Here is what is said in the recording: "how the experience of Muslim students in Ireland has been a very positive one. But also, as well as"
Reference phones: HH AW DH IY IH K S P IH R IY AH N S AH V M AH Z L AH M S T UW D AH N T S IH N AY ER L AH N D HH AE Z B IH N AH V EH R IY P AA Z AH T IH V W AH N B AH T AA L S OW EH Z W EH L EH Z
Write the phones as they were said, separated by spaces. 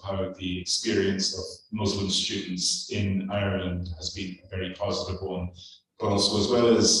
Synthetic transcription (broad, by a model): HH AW DH IY IH K S P IH R IY AH N S AH V M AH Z L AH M S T UW D N T S IH N AY ER L AH N D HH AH Z B IH N AH V EH R IY P AA Z AH T IH V W AH N B AH T AA L S OW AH Z W EH L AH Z